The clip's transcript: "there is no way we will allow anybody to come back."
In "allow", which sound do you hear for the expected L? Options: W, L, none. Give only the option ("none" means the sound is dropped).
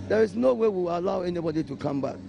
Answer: none